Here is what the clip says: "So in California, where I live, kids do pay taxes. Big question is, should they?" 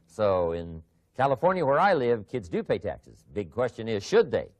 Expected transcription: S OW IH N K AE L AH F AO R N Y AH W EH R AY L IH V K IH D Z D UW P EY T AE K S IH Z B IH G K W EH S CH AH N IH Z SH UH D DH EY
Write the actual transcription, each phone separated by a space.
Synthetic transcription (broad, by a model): S OW IH N K AE L AH F AO R N Y AH W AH R AY L IH V K IH D Z D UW P EY T AE K S IH Z B IH G K W EH S CH AH N IH Z SH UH D DH EY